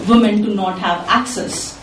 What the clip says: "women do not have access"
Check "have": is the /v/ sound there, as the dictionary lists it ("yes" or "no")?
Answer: yes